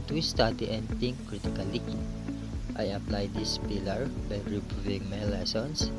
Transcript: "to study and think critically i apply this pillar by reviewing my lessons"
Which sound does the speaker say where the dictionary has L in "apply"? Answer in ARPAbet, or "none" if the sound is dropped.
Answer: L